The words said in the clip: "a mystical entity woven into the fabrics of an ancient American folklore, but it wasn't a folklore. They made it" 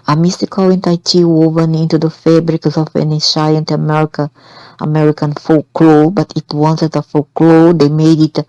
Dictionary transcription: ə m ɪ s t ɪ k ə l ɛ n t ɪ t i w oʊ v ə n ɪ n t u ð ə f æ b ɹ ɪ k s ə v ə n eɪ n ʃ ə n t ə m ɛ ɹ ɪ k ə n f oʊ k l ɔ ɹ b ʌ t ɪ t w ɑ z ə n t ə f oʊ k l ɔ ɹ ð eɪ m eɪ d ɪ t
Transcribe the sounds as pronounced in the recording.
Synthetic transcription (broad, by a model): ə m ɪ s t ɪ k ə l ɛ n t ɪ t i w oʊ v ə n ɪ n t u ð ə f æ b ɹ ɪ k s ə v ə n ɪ n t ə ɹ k ə m ɛ ɹ ɪ k ə n f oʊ k l ɔ b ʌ t ɪ t w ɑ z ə t ə f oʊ k l ɔ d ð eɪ m eɪ d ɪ t